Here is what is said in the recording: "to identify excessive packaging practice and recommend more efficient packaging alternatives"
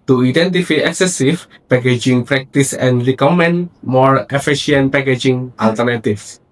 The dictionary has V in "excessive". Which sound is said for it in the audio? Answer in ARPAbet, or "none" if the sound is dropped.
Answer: F